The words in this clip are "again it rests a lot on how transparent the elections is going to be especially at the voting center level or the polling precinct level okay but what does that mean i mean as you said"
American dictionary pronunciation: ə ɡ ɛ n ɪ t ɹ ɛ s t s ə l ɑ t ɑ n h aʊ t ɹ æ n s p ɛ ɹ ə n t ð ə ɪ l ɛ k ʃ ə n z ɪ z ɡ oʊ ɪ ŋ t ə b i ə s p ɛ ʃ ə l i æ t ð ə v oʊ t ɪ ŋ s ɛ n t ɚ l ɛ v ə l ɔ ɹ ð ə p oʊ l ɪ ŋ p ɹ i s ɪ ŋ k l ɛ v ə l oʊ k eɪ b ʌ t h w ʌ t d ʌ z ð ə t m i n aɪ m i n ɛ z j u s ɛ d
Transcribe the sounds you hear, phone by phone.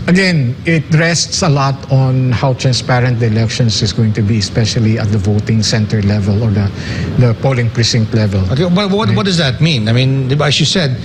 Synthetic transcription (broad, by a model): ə ɡ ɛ n ɪ t ɹ ɛ s t s ə l ɑ t ɑ n h aʊ t ɹ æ n s p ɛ ɹ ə n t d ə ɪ l ɛ k ʃ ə n s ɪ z ɡ oʊ ɪ ŋ t ə b i ə s p ɛ ʃ ə l i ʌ t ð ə v oʊ t ɪ ŋ s ɛ n t ɚ l ɛ v ə l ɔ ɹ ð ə p oʊ l ɪ ŋ p ɹ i s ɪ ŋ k l ɛ v ə l oʊ k eɪ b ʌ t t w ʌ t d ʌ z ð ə t m i n aɪ m i n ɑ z j u s ɛ d